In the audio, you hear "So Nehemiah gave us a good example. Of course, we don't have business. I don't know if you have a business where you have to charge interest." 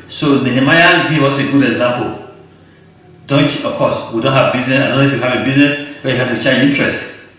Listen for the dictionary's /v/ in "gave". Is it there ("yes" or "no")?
no